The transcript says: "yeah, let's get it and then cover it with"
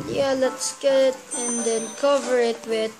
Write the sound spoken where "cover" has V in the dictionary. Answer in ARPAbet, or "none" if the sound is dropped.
V